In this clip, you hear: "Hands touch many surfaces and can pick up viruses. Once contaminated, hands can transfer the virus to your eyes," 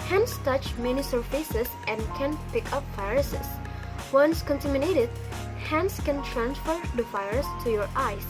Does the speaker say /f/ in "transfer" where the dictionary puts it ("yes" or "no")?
yes